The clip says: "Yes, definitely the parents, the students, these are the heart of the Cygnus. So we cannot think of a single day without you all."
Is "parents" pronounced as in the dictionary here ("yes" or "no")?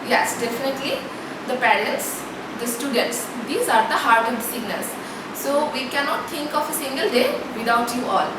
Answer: no